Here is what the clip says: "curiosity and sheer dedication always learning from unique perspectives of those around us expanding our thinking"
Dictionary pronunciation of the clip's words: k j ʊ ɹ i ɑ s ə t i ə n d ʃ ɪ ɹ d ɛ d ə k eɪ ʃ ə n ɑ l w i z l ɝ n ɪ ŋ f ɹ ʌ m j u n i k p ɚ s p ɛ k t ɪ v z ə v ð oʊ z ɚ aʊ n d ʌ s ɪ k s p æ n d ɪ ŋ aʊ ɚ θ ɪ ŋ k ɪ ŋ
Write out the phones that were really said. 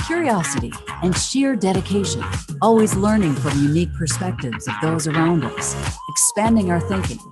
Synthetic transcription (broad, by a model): k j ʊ ɹ i ɑ s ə t i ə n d ʃ ɪ ɹ d ɛ d ə k eɪ ʃ ə n ɑ l w i z l ɝ n ɪ ŋ f ɹ ʌ m j u n i k p ɚ s p ɛ k t ɪ v z ə v ð oʊ z ɚ aʊ n d ʌ s ɪ k s p æ n d ɪ ŋ aʊ ɚ θ ɪ ŋ k ɪ ŋ